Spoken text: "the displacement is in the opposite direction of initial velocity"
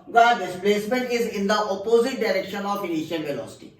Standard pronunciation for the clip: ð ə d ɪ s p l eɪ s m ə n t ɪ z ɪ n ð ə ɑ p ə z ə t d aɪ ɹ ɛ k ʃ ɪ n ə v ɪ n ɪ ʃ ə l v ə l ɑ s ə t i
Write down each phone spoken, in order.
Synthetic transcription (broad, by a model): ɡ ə d ɪ s p l eɪ s m ə n t ɪ z ɪ n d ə ɑ p ə z ə t d aɪ ɹ ɛ k ʃ ɪ n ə f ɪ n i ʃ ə n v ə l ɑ s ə t i